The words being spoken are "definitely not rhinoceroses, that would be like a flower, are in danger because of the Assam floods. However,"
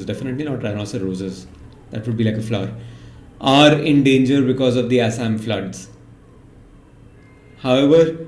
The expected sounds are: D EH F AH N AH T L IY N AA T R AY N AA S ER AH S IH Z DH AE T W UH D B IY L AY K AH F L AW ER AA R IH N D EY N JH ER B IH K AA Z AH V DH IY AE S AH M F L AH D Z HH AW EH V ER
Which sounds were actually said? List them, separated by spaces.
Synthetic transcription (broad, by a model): D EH F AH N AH T L IY N AA T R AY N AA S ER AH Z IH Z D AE T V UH D B IY L AY K AH F L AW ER AA R IH N D EY N JH ER B IH K AA Z AH V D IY AE S AH M F L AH D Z HH AW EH V ER